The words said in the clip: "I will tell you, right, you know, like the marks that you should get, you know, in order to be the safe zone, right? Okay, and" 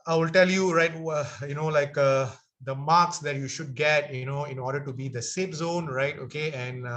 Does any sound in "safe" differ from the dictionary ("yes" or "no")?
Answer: yes